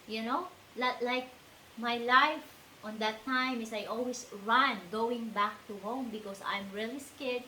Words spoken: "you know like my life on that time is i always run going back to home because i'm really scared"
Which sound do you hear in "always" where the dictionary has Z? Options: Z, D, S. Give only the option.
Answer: S